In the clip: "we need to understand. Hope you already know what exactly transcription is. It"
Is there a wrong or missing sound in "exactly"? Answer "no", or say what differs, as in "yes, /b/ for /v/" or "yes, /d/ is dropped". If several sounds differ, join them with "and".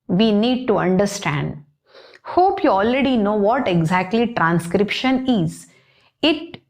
no